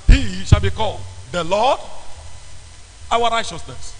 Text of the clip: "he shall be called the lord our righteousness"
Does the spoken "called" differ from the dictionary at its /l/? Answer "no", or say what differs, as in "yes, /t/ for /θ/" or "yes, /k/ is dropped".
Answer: no